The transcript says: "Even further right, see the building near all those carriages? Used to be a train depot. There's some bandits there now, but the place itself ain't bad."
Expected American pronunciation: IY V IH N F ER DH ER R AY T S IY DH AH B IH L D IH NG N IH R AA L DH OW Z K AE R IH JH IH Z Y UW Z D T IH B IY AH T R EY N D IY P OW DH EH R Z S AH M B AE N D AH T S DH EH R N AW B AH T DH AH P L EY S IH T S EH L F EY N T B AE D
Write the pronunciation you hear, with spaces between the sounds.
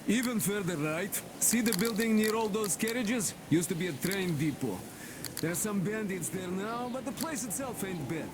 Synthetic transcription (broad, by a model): IY V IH N F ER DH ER R AY T S IY DH AH B IH L D IH NG N IH R AA L DH OW Z K AE R IH JH IH Z Y UW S T IH B IY AH T R EY N D IY P OW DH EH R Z S AH M B AE N D AH T S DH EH R N AW B AH T DH AH P L EY S IH T S EH L F EY N T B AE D